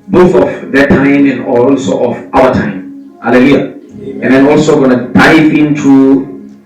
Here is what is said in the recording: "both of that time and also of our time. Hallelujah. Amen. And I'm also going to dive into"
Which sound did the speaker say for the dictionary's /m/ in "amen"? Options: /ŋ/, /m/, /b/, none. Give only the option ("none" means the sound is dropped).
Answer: none